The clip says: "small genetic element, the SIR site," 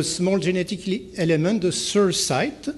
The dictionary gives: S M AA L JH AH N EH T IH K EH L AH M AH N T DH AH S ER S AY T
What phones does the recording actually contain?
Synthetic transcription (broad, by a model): S M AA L ZH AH N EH T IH K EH L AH M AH T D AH S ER S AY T